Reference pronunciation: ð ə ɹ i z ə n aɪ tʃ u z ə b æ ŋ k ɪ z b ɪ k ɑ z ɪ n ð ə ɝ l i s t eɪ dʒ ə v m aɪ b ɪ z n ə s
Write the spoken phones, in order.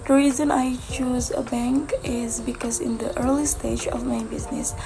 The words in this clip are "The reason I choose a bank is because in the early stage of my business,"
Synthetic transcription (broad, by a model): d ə ɹ i z ə n aɪ tʃ u z ə b æ ŋ k ɪ z b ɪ k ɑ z ɪ n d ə ɝ l i s t eɪ dʒ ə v m aɪ b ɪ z n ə s